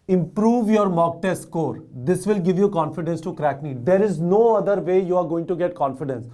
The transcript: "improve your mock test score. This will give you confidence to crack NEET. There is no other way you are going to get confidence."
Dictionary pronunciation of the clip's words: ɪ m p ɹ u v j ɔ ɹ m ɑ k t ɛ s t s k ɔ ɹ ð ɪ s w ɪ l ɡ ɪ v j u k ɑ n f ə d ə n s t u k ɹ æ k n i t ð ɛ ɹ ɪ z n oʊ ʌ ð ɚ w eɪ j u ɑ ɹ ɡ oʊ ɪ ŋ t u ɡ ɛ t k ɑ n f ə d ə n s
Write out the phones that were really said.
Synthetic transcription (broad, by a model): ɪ m p ɹ u v j ɔ ɹ m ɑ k t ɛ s s k ɔ ɹ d ɪ s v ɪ l ɡ ɪ v j u k ɑ n f ə d ə n s t u k ɹ æ k n i t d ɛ ɹ ɪ z n oʊ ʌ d ɚ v eɪ j u ɑ ɹ ɡ oʊ ɪ ŋ t u ɡ ɛ t k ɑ n f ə d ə n s